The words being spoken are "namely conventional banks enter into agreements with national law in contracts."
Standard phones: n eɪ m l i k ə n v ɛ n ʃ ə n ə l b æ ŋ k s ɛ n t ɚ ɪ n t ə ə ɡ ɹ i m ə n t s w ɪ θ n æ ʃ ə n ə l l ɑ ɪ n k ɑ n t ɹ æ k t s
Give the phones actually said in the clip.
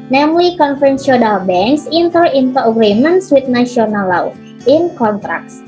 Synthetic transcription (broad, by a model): n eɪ m l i k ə n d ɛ n s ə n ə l b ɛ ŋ k s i n t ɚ ɪ n t ə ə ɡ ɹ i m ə n s w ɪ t n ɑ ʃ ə n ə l l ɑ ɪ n k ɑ n t ɹ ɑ k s